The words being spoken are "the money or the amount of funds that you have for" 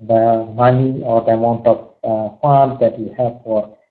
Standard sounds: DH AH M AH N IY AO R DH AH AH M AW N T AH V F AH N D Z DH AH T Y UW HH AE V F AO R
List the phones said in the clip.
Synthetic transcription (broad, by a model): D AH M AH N IY AO R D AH AH M AW N T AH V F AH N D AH T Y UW HH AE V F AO R